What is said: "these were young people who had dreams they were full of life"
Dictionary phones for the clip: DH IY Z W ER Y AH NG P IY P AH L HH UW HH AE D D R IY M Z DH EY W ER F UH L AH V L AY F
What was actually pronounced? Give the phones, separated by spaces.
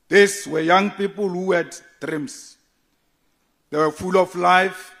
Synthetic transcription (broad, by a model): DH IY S W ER Y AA NG P IY P AH L HH UW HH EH D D R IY M S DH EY W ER F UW L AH F L AY F